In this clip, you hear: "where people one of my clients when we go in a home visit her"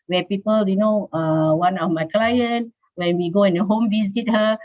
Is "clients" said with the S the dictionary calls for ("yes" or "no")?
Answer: no